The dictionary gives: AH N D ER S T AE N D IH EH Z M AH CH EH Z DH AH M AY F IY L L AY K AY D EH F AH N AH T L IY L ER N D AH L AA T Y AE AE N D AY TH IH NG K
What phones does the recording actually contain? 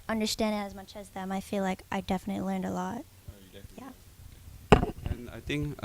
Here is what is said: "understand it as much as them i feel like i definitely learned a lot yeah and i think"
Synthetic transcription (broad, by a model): AH N D ER S T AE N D IH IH Z M AH CH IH Z DH AH M AY F IY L L AY K AY D EH F AH N AH T L IY L ER N D AH L AA T Y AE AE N AY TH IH NG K